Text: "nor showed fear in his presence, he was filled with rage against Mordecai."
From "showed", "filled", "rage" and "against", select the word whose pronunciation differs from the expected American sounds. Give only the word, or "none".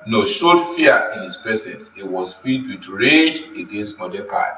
filled